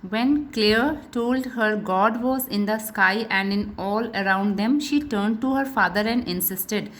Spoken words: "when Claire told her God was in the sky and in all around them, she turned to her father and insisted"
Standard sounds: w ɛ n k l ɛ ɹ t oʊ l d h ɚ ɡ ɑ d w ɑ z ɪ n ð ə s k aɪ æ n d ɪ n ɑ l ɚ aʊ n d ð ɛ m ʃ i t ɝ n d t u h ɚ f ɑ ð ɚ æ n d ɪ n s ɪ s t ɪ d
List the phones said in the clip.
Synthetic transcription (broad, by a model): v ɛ n k l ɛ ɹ t oʊ l d h ɚ ɡ ɑ d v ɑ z ɪ n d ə s k aɪ æ n d ɪ n ɑ l ɚ aʊ n d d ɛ m ʃ i t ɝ n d t u h ɚ f ɑ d ɚ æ n d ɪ n s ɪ s t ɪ d